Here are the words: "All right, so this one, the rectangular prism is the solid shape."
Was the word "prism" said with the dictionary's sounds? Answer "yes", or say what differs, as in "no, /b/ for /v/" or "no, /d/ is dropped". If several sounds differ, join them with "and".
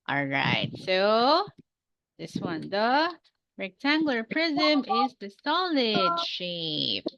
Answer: yes